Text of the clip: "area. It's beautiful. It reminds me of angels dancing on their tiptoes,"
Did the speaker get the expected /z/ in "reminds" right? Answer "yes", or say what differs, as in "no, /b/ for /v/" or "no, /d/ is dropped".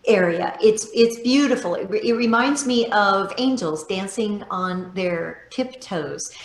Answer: yes